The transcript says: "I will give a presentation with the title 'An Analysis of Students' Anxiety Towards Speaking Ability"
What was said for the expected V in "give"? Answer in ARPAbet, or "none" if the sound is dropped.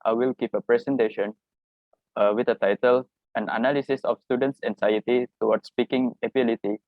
P